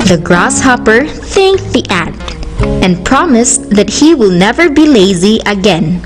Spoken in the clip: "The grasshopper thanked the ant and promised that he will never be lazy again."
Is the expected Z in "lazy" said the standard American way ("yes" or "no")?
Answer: yes